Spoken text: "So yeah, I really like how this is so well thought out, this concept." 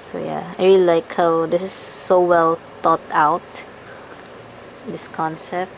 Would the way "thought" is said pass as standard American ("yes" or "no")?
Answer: no